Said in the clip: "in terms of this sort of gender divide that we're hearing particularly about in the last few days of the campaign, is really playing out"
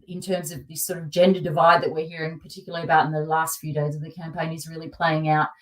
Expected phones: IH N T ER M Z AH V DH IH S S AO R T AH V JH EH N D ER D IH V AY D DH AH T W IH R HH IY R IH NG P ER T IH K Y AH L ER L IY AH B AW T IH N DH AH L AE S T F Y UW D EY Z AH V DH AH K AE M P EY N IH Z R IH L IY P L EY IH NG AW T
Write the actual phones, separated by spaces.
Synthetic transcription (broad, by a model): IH N T ER M Z AH V DH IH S S AO R T AH V JH EH N D ER D IH V AY D DH AH T W IH R HH IY R IH NG P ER T IH K Y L L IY AH B AW T N DH AH L AE S T F Y UW D EY Z AH V DH AH K AE M P EY N IH Z R IH L IY P L EY IH NG AW T